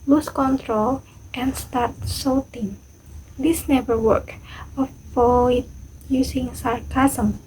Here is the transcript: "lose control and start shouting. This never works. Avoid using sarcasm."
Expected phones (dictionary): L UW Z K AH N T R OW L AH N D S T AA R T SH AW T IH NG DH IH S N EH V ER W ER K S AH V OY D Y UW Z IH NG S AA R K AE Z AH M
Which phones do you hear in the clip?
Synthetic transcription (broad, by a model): L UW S K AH N T R OW L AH N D S T AA R T S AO T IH NG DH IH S N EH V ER W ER K AH F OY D Y UW S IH NG S AA R K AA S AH M